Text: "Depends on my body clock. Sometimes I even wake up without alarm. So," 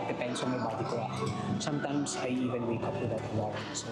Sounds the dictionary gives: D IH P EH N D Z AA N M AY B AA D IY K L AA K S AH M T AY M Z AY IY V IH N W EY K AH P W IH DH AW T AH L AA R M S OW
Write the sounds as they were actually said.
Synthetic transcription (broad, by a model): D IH P EH N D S AA N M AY B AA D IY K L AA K S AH M T AY M S AY IY V IH N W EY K AH P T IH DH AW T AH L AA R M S